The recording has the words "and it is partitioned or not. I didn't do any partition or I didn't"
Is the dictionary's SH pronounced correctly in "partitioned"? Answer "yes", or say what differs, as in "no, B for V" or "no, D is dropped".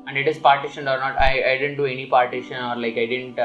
yes